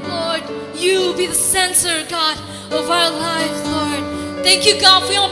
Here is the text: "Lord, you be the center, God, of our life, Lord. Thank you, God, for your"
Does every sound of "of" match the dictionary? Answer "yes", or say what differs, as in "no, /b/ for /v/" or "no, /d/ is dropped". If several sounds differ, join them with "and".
yes